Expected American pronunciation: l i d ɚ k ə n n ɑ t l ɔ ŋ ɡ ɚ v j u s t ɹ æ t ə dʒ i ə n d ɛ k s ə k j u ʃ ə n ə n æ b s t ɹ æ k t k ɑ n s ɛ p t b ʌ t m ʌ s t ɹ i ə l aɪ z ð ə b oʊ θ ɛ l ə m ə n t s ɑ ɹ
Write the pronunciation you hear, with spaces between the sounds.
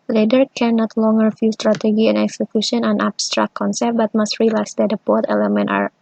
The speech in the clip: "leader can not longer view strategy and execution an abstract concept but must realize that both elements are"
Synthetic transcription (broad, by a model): l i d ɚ k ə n n ɑ t l ɔ ŋ ɡ ɚ f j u s t ɹ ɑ t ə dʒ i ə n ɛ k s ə k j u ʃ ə n ə n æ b s t ɹ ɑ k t k ɑ n s ɛ p t b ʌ t m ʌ s t ɹ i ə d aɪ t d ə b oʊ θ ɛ l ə m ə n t ɑ ɹ